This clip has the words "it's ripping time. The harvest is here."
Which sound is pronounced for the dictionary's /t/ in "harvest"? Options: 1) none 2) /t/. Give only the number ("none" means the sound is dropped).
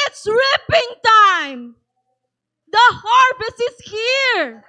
1